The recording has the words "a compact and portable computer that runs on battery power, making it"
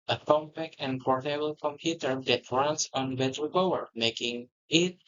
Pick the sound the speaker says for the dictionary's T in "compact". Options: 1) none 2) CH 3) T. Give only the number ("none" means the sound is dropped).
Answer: 1